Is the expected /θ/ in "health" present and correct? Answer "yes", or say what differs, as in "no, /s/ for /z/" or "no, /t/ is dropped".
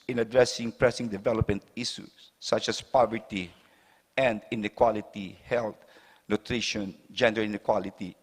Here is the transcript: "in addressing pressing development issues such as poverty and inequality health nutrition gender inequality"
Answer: no, /t/ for /θ/